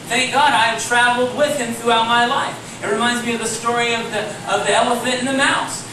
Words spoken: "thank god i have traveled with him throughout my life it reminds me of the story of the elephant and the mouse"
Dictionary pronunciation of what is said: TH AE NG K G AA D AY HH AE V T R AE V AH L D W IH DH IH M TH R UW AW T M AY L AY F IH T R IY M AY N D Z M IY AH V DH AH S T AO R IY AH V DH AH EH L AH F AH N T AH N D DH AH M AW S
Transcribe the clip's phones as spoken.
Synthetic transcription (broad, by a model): TH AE NG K G AA D AY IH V T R AE V L D W IH DH IH M TH R UW AW T M AY L AY F IH T R IY M AY N D Z M IY AH V DH AH S T AO R IY AH V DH AH EH L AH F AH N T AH N DH AH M AW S